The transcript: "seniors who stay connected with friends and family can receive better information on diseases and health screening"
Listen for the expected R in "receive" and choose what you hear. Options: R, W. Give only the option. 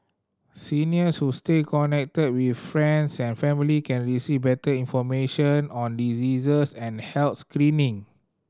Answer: R